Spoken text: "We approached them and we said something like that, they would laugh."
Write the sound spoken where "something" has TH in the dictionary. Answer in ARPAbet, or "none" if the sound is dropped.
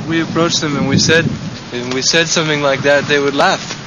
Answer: TH